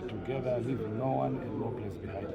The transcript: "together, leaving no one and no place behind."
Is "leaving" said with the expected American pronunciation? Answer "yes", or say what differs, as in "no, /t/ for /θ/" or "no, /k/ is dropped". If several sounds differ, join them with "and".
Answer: no, /w/ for /l/